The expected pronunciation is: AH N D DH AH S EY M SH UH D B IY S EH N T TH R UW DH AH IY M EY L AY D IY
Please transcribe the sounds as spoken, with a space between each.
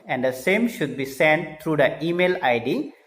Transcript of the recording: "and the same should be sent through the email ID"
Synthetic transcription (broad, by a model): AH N D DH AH S EY M SH UH D B IY S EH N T T R UW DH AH IY M EY L AY D IY